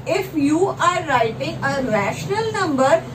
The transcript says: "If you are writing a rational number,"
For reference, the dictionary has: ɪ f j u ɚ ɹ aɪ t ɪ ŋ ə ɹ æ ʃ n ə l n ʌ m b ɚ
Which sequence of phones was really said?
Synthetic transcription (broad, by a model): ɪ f j u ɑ ɹ aɪ t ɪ ŋ ə ɹ æ ʃ n ə l n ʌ m b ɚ